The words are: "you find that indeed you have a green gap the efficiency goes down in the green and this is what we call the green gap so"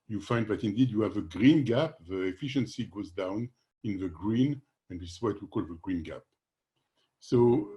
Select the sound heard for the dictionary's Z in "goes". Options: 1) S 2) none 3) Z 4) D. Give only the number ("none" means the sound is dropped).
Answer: 3